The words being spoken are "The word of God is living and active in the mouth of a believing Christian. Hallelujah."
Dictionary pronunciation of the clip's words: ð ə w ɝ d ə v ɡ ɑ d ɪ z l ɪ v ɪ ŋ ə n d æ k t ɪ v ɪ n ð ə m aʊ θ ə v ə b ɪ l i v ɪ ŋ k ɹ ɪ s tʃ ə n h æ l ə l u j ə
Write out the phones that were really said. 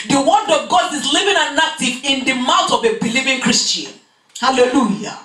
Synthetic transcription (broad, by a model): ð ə w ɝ d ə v ɡ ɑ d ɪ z l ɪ v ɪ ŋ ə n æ k t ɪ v ɪ n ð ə m aʊ t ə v ə b ɪ l i v ɪ ŋ k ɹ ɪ s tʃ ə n h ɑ l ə l u j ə